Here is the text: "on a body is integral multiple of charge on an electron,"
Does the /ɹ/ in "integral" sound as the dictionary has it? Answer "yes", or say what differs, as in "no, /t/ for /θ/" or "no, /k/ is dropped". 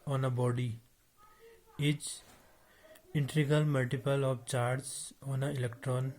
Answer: no, /ɹ/ is dropped